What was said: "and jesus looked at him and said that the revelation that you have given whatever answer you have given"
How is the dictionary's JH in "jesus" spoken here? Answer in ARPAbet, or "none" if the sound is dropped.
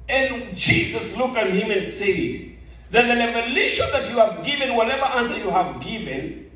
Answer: JH